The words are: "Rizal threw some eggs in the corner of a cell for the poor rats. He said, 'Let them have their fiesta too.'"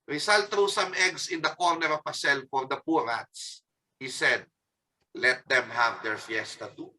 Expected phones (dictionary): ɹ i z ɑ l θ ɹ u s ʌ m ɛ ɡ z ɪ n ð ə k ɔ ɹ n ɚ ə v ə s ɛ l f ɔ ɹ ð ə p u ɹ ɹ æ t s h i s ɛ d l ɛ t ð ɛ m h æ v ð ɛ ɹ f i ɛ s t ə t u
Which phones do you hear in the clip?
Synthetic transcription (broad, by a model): ɹ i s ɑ l t ɹ u s ʌ m ɛ ɡ s ɪ n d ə k ɔ ɹ n ɚ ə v ə s ɛ l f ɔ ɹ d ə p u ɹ ɹ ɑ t s h i s ɛ d l ɛ t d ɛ m h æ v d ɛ ɹ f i ɛ s t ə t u